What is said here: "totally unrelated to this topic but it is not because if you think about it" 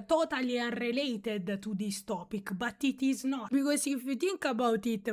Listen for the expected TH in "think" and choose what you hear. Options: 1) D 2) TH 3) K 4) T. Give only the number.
4